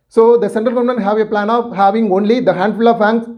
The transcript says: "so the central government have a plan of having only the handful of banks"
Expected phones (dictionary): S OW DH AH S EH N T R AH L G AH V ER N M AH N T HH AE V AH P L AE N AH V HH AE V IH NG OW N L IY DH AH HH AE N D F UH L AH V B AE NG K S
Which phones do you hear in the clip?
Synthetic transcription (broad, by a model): S OW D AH S EH N T R AH L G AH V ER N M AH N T HH AE V AH P L AE N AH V HH AE V IH NG OW N L IY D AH HH AE N D F UH L AH V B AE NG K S